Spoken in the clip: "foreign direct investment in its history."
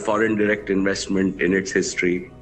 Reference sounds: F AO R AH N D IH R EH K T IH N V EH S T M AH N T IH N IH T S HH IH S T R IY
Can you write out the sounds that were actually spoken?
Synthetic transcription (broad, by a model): F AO R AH N D IH R EH K T IH N V EH S T M AH N T IH N IH T S HH IH S T R IY